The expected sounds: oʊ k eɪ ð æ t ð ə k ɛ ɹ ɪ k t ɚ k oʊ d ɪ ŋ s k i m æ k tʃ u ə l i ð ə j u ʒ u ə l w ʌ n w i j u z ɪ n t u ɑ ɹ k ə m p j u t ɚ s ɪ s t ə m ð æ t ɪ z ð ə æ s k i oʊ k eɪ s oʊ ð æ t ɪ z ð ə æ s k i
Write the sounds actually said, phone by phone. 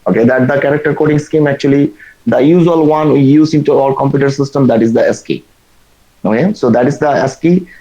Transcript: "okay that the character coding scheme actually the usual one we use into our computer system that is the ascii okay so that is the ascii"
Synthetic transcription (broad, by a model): oʊ k eɪ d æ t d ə k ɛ ɹ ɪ k t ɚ k oʊ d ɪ ŋ s k i m æ k tʃ u ə l i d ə j u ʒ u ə l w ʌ n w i j u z ɪ n t u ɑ l k ə m p j u t ɚ s ɪ s t ə m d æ t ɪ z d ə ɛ s k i oʊ k eɪ s oʊ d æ t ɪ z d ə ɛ s k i